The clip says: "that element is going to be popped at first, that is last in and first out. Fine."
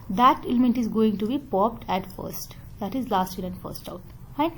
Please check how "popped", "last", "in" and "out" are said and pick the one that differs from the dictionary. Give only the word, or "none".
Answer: in